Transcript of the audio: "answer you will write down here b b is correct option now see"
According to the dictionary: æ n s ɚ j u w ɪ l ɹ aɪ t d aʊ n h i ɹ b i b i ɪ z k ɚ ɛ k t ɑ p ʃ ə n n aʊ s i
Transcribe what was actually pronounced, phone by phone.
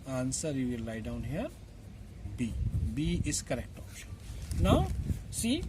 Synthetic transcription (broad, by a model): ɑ n s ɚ j u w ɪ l l aɪ d aʊ n h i ɹ b i b i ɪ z k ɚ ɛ k t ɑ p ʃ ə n n aʊ s i